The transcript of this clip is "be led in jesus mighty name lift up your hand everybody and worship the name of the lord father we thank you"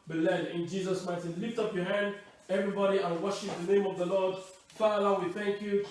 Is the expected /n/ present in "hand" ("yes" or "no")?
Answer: yes